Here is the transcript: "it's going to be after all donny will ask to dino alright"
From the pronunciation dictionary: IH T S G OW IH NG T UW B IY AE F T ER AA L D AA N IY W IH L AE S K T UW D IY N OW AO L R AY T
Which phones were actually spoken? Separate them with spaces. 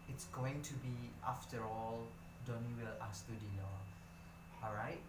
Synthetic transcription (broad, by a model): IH T S G OW IH NG T UW B IY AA F T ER AA L D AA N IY W IH L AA S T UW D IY L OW AO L R AY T